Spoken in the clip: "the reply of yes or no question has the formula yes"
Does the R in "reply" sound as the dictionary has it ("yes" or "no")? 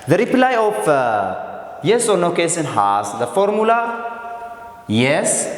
yes